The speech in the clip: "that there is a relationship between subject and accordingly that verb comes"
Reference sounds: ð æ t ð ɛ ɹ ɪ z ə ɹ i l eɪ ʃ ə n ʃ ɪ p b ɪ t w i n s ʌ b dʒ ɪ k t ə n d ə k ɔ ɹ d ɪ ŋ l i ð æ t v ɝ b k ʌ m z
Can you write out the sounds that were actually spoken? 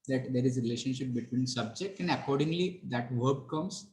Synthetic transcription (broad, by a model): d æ t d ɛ ɹ ɪ z ə ɹ i l eɪ ʃ ə n ʃ ɪ p b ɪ t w i n s ʌ b dʒ ɪ k t ə n d ə k ɔ ɹ d ɪ ŋ l i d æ t v ɝ b k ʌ m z